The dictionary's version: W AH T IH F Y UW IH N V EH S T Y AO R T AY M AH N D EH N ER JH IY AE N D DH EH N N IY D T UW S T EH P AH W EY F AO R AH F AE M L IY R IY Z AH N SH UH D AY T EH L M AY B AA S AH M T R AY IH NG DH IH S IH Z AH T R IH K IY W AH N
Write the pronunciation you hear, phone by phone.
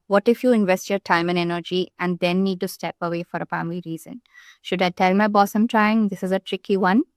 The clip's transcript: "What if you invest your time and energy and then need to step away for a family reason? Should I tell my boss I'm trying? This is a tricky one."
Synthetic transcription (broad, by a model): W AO T IH F Y UW IH N V EH S T Y AO R T AY M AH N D EH N ER JH IY AE N D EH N N IY D T UW S T EH P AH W EY F AO R AH P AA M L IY R IY Z AH N SH UH D AY T EH L M AY B AA S AH M T R AY IH NG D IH S IH Z AH T R IH K IY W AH N